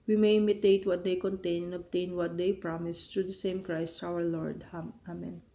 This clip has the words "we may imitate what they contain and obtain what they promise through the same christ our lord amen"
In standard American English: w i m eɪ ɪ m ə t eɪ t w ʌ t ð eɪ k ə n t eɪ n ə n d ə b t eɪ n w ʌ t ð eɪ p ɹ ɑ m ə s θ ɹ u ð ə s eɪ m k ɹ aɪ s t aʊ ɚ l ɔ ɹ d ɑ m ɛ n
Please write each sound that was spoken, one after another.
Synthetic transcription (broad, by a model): w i m eɪ ɪ m ə t eɪ t w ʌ t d eɪ k ə n t eɪ n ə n ə b t eɪ n w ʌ t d eɪ p ɹ ɑ m ə s t ɹ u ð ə s eɪ m k ɹ aɪ s t aʊ ɚ l ɔ ɹ d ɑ m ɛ n